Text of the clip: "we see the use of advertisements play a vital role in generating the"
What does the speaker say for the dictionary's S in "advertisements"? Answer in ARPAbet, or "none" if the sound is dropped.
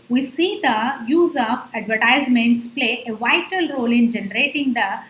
S